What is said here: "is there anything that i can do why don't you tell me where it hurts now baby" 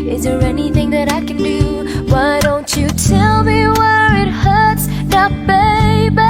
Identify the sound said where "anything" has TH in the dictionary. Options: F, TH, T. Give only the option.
TH